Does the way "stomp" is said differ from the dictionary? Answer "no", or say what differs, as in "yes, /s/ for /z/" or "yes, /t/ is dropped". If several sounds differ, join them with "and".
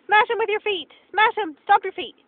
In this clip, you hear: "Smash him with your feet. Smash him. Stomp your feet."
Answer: yes, /m/ is dropped